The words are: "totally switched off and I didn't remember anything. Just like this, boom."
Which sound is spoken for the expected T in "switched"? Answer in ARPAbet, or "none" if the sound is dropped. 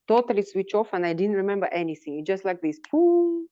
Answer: none